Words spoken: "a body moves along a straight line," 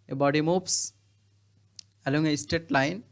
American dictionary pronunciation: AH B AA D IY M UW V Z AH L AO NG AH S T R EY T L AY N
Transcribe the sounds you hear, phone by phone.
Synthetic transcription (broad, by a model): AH B AA D IY M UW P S AH L AO NG AH S T EY T L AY N